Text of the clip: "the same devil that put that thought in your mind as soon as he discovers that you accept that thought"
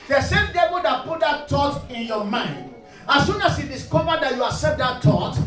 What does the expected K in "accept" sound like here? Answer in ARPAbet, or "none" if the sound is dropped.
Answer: none